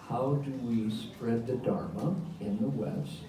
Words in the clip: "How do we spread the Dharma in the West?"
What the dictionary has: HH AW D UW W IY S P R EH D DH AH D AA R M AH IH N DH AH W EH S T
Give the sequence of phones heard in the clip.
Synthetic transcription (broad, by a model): HH AW D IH W IY S P R EH D DH AH D AA R M AH IH N DH AH W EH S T